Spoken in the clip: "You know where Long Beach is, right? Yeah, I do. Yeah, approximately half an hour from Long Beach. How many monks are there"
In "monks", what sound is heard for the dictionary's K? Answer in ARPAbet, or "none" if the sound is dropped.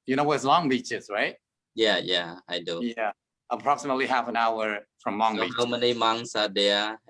none